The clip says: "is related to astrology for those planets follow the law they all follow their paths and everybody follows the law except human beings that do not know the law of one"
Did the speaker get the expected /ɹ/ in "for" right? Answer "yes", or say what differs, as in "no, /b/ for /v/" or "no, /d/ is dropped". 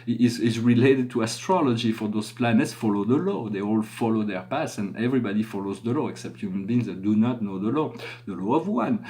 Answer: yes